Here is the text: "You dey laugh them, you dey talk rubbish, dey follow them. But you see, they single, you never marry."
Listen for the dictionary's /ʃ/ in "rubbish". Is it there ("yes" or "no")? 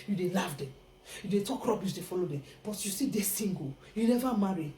no